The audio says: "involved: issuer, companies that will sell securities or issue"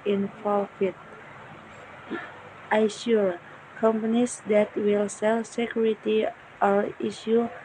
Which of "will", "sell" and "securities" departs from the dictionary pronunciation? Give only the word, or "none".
securities